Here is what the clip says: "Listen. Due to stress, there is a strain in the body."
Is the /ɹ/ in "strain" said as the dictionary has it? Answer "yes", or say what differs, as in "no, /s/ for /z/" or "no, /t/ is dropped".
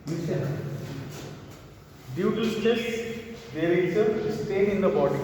no, /ɹ/ is dropped